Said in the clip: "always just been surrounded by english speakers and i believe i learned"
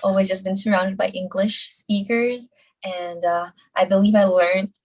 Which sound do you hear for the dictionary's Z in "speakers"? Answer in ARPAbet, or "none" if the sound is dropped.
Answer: Z